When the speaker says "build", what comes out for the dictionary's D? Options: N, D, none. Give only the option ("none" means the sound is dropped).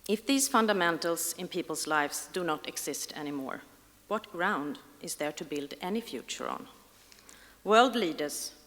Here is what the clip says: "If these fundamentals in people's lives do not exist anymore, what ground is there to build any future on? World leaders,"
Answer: D